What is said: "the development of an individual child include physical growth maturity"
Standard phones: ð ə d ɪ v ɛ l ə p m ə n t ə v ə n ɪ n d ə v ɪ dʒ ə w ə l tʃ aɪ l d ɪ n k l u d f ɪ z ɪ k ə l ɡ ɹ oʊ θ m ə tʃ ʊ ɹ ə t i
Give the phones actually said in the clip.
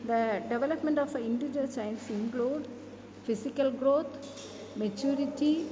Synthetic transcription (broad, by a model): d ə d ɪ v ɛ l ə p m ə n t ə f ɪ n d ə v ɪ dʒ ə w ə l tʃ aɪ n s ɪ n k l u d f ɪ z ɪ k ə l ɡ ɹ oʊ t m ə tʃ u ɹ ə t i